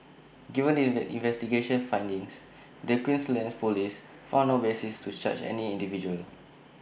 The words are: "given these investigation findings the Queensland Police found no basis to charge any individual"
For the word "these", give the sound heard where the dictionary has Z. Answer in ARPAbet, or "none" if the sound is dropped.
none